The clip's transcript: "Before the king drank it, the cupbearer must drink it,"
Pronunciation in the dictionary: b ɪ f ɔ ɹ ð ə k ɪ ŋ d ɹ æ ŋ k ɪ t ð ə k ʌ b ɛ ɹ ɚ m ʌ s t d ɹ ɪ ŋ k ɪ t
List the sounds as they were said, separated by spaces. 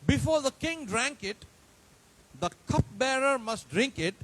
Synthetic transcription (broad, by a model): b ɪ f ɔ ɹ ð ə k ɪ ŋ d ɹ æ ŋ k ɪ t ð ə k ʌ b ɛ ɹ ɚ m ʌ s t d ɹ ɪ ŋ k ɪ t